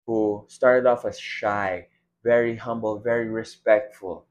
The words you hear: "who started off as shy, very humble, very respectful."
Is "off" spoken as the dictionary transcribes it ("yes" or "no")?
yes